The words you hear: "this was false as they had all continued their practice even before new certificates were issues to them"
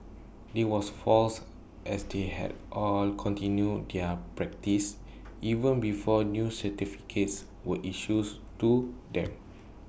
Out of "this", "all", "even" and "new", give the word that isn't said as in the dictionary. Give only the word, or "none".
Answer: this